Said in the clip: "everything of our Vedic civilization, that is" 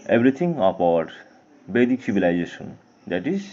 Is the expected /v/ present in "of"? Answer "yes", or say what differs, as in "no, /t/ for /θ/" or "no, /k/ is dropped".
no, /p/ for /v/